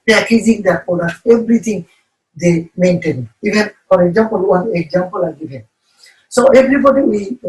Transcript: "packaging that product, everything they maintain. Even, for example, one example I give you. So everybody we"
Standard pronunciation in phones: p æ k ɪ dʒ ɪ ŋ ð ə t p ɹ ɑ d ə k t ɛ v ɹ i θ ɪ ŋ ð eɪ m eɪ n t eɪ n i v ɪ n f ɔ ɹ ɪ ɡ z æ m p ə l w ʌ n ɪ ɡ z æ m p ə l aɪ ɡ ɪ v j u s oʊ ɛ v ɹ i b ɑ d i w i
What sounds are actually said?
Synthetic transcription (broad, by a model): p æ k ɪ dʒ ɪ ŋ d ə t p ɑ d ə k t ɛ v ɹ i t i ŋ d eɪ m eɪ n t eɪ n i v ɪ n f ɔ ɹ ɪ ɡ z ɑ m p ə l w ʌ n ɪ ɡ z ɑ m p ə l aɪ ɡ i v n s oʊ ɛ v ɹ i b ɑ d i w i